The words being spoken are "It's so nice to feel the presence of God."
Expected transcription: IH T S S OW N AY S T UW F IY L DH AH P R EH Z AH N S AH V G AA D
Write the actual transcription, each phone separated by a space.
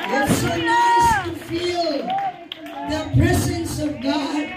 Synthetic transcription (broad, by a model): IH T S S OW N AY S T UW F IY L DH AH P R EH Z AH N S AH V G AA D